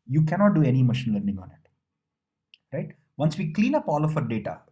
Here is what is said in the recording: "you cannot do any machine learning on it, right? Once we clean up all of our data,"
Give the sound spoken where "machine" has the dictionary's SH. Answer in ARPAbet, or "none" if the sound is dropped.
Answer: SH